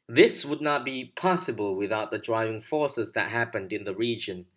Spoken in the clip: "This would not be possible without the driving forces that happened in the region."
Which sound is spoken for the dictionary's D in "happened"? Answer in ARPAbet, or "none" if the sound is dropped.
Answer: D